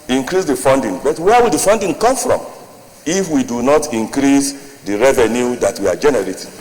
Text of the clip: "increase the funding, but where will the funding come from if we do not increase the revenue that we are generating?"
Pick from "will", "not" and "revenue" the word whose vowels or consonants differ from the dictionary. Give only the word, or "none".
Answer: none